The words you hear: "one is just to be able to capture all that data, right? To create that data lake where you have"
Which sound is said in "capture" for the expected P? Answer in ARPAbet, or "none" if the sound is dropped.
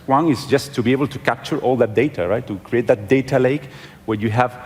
P